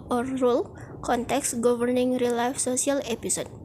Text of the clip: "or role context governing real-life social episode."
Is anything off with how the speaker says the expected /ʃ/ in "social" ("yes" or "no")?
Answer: yes